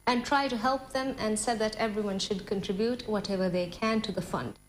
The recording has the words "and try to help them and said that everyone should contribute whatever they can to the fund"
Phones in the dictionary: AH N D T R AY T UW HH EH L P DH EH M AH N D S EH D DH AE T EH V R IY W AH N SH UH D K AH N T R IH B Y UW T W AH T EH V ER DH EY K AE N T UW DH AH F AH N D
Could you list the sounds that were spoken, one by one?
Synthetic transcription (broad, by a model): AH N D T R AY T UW HH EH L P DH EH M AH N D S EH D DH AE T EH V R IY W AH N SH UH D K AH N T R IH B Y UW T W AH T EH V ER DH EY K AE N T UW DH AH F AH N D